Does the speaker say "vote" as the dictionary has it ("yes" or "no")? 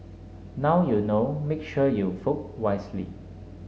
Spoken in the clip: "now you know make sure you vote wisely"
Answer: no